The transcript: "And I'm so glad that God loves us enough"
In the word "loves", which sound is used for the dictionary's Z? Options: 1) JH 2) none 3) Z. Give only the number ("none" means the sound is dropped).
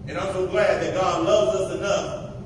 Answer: 3